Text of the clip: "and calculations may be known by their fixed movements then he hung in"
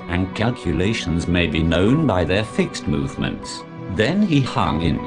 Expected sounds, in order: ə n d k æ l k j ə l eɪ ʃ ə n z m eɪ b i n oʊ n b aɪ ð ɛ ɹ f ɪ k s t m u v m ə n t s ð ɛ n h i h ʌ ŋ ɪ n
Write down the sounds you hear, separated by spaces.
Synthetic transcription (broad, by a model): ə n k æ l k j ə l eɪ ʃ ə n z m eɪ b i n oʊ n b aɪ ð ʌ ɹ f ɪ k s t m u v m ə n t s ð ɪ n i h ʌ ŋ ɪ n